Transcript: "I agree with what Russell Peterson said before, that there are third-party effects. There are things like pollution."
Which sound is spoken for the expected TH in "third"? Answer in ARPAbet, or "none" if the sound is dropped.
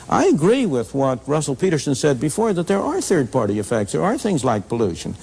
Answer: TH